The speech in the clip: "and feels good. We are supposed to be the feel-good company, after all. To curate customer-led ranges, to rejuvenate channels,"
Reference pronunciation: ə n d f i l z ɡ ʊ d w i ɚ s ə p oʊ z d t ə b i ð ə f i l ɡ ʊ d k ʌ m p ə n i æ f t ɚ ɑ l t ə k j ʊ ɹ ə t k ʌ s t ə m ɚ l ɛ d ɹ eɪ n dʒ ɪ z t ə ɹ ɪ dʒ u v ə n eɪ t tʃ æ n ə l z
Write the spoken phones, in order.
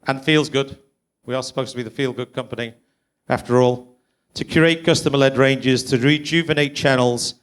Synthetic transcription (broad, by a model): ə n f i l z ɡ ʊ d w i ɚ s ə p oʊ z t ə b i ð ə f i l ɡ ʊ d k ʌ m p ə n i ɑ f t ɚ ɑ l t ə k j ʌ ɹ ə t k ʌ s t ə m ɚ l ɛ d ɹ eɪ n dʒ ɪ z t ə ɹ ɪ dʒ u v ə n eɪ t tʃ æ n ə l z